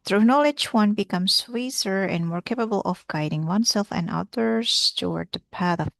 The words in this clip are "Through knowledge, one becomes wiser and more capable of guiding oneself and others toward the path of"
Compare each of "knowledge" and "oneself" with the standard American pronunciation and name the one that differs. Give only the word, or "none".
none